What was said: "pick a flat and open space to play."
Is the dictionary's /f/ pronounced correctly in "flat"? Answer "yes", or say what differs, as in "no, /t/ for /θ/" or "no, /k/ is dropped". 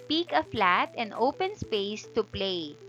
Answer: yes